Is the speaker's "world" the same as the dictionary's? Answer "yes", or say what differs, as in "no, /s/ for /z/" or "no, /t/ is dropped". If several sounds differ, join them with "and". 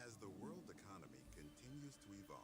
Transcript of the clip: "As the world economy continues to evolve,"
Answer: yes